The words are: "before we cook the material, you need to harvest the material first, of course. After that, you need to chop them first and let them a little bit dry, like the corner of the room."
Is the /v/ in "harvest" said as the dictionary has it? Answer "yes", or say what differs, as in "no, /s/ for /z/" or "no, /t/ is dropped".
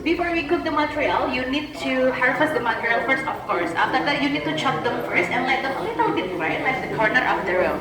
no, /f/ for /v/